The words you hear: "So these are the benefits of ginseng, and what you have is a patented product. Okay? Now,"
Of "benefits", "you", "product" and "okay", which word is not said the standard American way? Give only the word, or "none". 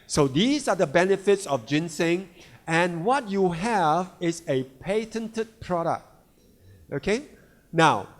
none